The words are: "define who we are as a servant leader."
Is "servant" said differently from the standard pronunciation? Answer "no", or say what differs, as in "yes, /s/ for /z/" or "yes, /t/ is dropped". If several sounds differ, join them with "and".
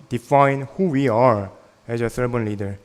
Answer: yes, /b/ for /v/